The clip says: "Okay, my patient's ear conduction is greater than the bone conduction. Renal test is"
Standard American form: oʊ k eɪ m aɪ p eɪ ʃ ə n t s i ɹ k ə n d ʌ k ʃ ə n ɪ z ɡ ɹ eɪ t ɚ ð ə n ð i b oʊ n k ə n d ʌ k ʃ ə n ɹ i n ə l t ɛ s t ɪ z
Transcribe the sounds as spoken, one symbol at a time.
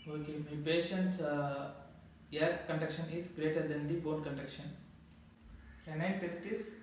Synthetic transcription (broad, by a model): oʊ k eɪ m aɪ p eɪ ʃ ə n t s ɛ ɹ k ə n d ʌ k ʃ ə n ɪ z ɡ ɹ eɪ t ɚ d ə n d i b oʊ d k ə n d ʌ k ʃ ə n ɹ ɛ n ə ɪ t ɛ s t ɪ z